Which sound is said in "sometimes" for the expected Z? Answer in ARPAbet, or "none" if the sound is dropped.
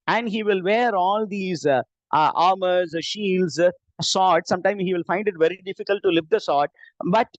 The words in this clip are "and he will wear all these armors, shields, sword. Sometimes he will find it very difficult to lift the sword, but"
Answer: none